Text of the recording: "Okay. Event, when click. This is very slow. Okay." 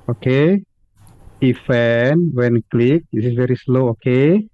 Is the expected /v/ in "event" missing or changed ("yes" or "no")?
yes